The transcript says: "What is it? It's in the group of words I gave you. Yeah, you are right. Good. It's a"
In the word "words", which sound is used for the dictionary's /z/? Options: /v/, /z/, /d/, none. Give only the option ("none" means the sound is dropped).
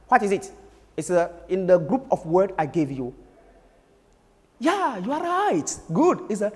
none